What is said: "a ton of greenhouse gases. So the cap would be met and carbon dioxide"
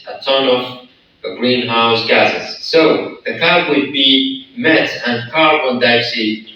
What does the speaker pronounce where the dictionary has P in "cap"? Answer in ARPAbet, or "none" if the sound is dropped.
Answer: B